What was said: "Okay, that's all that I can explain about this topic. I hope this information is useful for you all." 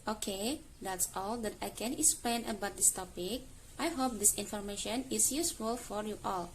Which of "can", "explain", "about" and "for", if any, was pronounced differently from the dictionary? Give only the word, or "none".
none